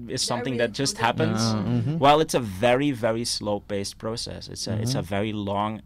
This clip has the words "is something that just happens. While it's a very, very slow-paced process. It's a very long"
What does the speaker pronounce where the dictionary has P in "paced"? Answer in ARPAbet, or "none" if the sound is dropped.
B